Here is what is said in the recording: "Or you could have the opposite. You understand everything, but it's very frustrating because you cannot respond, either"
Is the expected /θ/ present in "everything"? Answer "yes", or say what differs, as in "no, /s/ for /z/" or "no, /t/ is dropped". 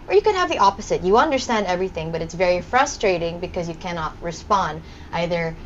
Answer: yes